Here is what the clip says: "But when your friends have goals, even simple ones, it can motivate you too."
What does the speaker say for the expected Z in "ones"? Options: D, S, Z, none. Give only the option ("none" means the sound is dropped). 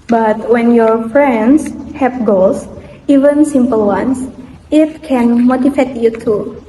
S